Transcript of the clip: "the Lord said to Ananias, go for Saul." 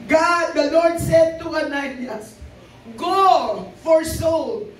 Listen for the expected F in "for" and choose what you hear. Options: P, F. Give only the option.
F